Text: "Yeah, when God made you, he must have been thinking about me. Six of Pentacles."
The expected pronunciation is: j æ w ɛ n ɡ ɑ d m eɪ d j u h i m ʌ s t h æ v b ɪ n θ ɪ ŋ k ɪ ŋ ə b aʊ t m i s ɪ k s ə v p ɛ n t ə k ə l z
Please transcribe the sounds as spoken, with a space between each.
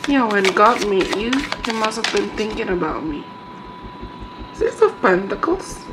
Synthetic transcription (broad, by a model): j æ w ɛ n ɡ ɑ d m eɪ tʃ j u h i m ʌ s t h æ v b ɪ n θ ɪ ŋ k ɪ ŋ ə b aʊ t m i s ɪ s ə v p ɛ n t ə k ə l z